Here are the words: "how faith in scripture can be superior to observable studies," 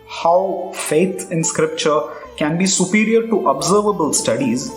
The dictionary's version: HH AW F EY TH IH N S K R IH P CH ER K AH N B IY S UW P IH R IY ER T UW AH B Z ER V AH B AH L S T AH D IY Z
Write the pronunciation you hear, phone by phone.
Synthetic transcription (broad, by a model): HH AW F EY T IH N S K R IH P CH ER K AH N B IY S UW P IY R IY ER T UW AH B Z ER V AH B AH L S T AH D IY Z